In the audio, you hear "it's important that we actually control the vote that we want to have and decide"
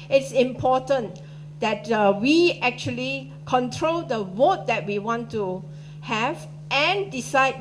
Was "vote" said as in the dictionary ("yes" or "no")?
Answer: no